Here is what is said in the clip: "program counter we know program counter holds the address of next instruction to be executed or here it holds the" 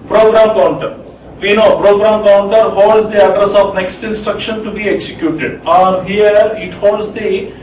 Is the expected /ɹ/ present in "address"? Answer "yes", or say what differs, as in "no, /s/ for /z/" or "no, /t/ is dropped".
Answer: yes